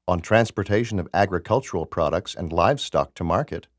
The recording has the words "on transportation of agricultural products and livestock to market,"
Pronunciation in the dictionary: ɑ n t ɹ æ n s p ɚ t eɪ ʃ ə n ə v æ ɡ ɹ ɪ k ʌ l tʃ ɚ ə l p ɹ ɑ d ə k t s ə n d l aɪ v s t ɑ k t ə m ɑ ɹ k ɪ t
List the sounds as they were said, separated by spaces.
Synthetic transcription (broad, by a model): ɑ n t ɹ æ n s p ɚ t eɪ ʃ ə n ə v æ ɡ ɹ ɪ k ʌ l tʃ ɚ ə l p ɹ ɑ d ə k t s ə n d l aɪ v s t ɑ k t ə m ɑ ɹ k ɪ t